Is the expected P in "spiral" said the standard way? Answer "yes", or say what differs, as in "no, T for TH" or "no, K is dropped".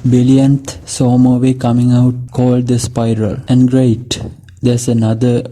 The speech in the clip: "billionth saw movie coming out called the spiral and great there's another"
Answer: yes